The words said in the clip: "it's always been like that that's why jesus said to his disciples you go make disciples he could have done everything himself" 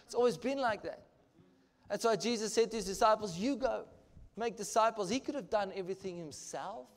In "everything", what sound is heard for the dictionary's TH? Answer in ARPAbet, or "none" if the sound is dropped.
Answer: TH